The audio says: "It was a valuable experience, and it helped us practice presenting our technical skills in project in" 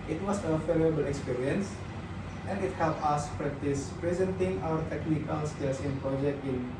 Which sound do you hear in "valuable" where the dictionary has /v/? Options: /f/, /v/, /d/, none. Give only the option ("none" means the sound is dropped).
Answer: /f/